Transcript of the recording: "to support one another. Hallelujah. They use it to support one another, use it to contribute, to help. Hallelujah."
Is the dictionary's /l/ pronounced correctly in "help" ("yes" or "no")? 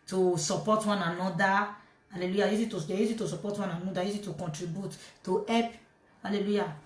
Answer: no